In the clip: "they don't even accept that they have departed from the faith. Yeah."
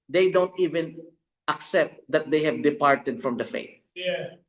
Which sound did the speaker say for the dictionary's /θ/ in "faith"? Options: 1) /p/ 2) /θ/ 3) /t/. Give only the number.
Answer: 3